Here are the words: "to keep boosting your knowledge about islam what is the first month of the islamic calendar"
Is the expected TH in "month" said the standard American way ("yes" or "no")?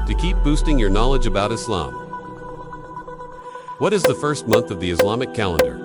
yes